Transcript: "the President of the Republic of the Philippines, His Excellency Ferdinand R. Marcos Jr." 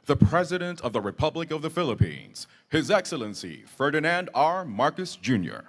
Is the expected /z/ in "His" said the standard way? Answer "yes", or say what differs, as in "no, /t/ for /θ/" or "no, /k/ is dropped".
yes